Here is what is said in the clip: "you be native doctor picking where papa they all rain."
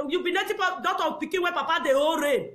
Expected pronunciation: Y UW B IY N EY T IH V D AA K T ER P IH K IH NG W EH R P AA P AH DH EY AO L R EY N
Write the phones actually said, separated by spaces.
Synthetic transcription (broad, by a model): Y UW B IY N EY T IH P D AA T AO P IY K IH W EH P AA P AH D EY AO R EY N